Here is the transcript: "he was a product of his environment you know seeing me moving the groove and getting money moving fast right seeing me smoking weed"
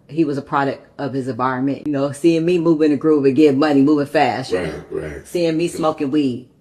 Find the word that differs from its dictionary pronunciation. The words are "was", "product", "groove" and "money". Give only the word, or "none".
groove